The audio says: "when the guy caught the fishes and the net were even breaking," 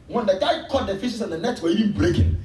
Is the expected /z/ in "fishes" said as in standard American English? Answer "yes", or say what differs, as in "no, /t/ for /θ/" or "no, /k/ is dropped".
no, /s/ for /z/